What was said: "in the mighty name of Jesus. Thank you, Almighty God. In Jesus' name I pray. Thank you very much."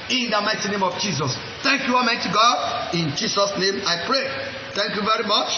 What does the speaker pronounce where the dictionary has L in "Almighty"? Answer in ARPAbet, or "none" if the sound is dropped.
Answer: none